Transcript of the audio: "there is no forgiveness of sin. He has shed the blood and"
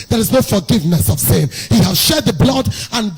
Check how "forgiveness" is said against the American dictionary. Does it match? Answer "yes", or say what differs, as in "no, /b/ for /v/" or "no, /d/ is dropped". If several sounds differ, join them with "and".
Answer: yes